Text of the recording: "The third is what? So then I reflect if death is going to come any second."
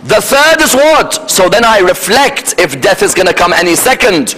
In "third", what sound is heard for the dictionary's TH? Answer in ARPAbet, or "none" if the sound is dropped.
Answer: TH